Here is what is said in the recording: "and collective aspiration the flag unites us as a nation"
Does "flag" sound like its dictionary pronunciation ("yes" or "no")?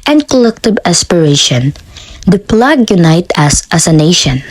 no